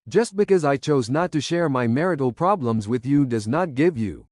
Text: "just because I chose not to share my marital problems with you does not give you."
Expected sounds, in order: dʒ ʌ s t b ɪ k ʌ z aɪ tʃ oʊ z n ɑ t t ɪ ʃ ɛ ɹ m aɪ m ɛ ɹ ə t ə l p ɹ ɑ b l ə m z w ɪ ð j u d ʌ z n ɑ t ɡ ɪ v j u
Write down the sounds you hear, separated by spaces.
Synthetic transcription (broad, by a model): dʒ ʌ s t b ɪ k ʌ z aɪ tʃ oʊ z n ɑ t t ɪ ʃ ɛ ɹ m aɪ m ɛ ɹ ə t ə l p ɹ ɑ b l ə m z w ɪ ð j u d ʌ z n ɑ t ɡ ɪ v j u